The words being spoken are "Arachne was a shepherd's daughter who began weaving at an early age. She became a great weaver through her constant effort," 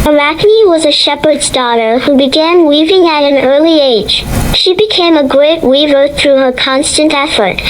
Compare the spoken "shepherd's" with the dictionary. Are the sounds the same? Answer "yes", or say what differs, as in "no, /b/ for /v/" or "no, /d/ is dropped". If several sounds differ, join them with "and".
yes